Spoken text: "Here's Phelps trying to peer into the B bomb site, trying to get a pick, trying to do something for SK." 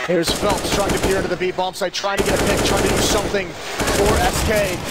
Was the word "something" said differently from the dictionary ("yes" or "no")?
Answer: no